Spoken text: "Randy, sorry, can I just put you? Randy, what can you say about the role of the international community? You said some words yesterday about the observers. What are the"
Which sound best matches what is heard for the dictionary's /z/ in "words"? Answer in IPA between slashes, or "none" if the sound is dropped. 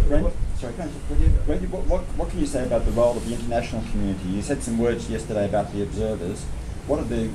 /z/